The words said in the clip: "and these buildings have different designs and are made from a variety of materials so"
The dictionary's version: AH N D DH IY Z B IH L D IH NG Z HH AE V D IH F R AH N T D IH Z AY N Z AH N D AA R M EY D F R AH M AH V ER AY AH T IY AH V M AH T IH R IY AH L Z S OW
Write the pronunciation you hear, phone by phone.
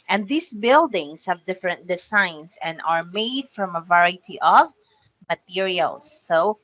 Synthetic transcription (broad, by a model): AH N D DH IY S B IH L D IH NG S HH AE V D IH F R AH N T D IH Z AY N S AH N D AA R M EY D F R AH M AH V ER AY T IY AH V M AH T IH R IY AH L S OW